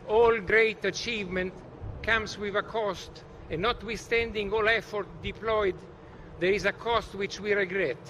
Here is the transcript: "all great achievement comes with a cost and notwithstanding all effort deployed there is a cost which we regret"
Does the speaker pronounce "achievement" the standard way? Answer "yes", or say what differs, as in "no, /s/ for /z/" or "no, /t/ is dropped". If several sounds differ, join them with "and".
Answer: yes